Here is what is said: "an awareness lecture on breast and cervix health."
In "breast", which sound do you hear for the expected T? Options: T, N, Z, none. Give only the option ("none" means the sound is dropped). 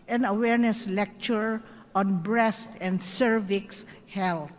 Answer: T